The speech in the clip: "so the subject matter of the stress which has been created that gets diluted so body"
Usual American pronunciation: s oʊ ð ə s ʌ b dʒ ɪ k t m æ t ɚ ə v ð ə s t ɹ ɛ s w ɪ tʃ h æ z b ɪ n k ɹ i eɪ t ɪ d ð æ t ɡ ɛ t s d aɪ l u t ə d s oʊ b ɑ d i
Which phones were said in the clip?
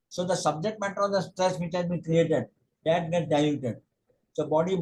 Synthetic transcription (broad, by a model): s oʊ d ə s ʌ b dʒ ɪ k t m æ t ɚ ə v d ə s t ɹ ɛ s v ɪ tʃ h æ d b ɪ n k ɹ i eɪ t ɪ d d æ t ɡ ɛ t d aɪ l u t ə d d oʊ b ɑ d i